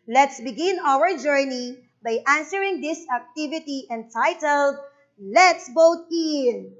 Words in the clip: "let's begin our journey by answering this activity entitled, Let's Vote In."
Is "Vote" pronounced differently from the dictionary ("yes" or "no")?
yes